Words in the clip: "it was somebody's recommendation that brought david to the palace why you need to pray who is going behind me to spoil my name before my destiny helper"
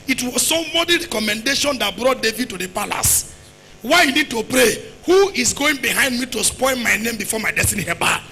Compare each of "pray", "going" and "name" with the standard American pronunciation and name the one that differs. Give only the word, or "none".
none